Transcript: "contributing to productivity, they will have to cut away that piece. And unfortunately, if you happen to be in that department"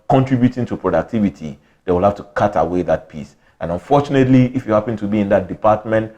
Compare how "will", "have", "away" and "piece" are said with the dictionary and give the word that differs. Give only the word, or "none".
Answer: have